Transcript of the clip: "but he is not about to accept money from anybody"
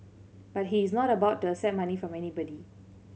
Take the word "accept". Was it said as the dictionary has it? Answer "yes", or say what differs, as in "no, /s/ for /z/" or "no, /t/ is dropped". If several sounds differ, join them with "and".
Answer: no, /k/ is dropped and /p/ is dropped